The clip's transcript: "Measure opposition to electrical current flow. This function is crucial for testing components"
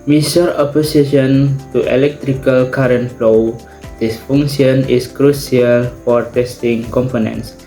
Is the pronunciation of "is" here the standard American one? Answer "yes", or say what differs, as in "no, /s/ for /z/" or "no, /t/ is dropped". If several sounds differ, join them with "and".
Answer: no, /s/ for /z/